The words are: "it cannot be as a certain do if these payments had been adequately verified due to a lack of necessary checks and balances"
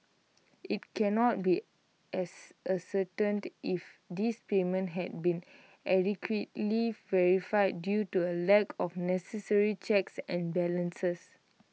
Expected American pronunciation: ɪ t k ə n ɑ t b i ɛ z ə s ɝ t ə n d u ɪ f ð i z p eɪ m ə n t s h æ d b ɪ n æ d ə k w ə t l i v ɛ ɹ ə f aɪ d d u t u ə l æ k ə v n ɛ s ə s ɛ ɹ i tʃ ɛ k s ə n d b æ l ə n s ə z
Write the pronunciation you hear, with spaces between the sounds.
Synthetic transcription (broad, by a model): ɪ t k ə n ɑ t b i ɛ s ə s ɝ t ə n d ɪ f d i s p eɪ m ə n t h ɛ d b ɪ n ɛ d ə k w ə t l i v ɛ ɹ ə f aɪ d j u t u ə l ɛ k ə f n ɛ s ə s ɛ ɹ i tʃ ɛ k s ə n b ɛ l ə n s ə s